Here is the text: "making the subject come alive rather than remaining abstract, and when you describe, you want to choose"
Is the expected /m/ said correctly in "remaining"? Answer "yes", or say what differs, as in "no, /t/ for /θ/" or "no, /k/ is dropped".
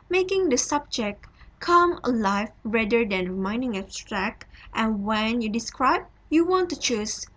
no, /m/ is dropped